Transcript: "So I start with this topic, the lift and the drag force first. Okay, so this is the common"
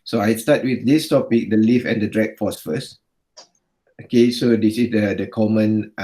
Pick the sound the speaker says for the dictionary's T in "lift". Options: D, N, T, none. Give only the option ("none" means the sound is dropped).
none